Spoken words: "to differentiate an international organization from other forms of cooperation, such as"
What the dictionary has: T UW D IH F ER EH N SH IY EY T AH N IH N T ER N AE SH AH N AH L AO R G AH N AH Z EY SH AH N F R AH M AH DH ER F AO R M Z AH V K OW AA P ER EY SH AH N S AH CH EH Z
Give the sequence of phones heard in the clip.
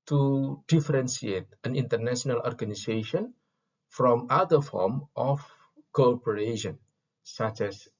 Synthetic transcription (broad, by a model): T UW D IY F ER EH N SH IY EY T AH N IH N T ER N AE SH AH N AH L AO R G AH N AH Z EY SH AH N F R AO M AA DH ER F AO R M AH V K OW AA P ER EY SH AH N S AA CH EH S